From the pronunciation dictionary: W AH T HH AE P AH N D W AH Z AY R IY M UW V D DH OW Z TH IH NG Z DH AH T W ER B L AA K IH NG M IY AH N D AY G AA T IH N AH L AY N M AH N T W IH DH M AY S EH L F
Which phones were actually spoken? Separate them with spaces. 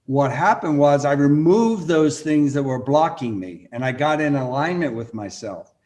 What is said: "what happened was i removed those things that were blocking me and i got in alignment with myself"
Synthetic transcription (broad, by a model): W AH T HH AE P AH N D W AH Z AY R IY M UW V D DH OW Z TH IH NG Z DH AH T W ER B L AA K IH NG M IY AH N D AY G AA T IH N AH L AY N M AH N T W IH DH M AY S EH L F